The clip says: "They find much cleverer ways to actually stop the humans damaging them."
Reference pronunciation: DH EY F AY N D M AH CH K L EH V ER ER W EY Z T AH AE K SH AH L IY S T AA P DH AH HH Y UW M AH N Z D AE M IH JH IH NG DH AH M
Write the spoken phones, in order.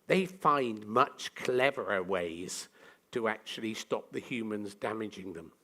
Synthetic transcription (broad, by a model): DH EY F AY N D M AH CH K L EH V ER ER W EY Z T AH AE K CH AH L IY S T AA P DH AH HH Y UW M AH N Z D AE M IH JH IH NG DH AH M